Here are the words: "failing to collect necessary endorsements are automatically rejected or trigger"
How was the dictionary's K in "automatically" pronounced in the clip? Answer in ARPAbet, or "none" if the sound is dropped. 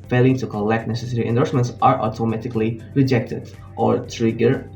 K